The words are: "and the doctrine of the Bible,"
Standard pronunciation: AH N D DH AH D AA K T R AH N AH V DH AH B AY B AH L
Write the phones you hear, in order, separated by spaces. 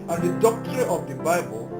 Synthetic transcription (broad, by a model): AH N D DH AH D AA K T AH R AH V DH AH B AY B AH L